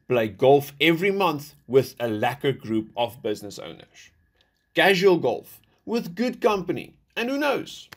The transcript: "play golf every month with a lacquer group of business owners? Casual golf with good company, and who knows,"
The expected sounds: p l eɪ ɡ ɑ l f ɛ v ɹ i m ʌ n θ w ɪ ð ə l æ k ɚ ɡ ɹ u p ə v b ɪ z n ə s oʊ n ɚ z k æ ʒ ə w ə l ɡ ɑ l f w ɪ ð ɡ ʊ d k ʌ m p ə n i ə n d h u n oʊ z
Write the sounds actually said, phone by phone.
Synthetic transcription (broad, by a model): p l eɪ ɡ ɑ l f ɛ v ɹ i m ʌ n θ w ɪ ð ə l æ k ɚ ɡ ɹ u p ə v b ɪ z n ə s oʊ n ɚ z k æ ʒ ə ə l ɡ ɑ l f w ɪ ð ɡ ʊ d k ʌ m p ə n i ə n d h u n oʊ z